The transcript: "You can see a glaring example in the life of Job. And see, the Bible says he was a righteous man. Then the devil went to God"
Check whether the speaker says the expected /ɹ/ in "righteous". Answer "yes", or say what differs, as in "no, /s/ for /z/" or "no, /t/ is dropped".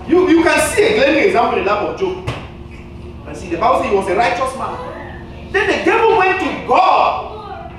yes